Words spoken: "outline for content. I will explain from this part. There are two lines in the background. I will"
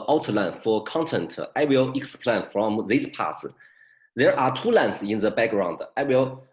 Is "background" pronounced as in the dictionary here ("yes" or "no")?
yes